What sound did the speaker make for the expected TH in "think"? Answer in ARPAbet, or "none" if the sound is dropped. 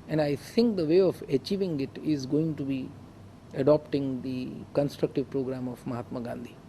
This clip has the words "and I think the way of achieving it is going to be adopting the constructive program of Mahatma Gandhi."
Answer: T